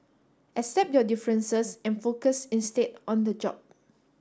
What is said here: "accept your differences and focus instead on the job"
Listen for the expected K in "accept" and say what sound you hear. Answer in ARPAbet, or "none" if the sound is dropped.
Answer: none